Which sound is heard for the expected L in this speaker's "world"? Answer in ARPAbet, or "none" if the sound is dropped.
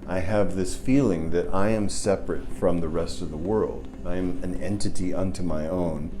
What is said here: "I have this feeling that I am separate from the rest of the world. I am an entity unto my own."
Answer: L